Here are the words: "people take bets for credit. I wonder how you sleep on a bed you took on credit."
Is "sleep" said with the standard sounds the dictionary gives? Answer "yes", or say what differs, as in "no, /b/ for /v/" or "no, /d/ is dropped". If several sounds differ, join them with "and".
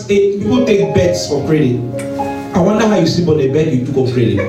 no, /l/ is dropped and /b/ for /p/